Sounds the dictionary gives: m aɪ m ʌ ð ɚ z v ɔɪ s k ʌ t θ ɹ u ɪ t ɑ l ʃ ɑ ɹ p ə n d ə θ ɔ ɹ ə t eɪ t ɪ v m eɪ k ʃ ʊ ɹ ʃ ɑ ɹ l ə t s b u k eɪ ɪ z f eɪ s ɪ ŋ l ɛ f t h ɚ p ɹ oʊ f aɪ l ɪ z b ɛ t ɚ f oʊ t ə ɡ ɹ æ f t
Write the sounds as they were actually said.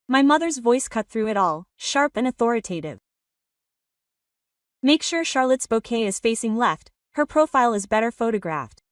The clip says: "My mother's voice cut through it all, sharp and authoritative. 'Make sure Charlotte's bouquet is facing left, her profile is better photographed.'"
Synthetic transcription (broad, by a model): m aɪ m ʌ ð ɚ z v ɔɪ s k ʌ t θ ɹ u ɪ t ɑ l ʃ ɑ ɹ p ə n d ə θ ɔ ɹ ə t eɪ t ɪ v m eɪ k ʃ ʊ ɹ ʃ ɑ ɹ l ə t s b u k eɪ ɪ z f eɪ s ɪ ŋ l ɛ f t h ɚ p ɹ oʊ f aɪ l ɪ z b ɛ t ɚ f oʊ t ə ɡ ɹ æ f t